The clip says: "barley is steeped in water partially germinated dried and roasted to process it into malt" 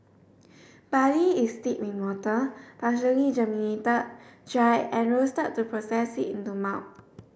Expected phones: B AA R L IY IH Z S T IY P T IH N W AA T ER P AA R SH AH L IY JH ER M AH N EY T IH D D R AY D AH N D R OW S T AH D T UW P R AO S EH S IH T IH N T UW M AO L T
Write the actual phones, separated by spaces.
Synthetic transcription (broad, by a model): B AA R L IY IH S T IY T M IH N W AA T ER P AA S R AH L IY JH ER M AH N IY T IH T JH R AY AH N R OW S T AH T UW P R AO S EH S IH T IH N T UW M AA W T